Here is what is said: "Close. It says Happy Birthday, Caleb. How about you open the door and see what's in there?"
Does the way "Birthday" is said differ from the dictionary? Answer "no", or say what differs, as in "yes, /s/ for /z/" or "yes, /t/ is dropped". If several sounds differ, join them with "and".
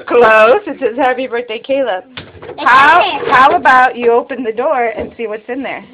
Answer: yes, /t/ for /θ/